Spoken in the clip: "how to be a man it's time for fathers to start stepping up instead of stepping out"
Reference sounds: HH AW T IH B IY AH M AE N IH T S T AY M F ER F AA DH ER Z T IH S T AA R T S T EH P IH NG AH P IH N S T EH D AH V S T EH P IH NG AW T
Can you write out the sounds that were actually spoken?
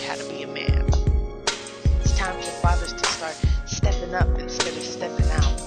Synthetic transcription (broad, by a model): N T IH B IY AH M AE N IH T S T AY M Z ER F AA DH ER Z T IH S T AA R T S T EH P IH NG AH P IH N S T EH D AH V S T EH P IH NG AW T